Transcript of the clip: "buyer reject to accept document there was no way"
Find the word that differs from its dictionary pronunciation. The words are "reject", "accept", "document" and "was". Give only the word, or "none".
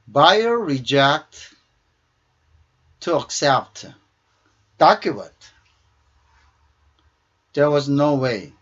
document